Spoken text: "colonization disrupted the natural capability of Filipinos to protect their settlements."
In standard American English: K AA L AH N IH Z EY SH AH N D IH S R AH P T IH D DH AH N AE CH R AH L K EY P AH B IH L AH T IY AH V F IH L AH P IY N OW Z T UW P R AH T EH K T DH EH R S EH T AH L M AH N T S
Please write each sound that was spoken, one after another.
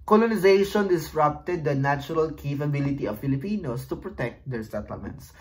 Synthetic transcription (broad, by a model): K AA L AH N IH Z EY SH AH N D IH S R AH P T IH D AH N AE CH R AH L K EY F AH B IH L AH T IY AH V F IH L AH P IY N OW S T UW P R AH T EH K T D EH R S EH T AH L M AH N T S